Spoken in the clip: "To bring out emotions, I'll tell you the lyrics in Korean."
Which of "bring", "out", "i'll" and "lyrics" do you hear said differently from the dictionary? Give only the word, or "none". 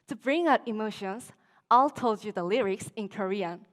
none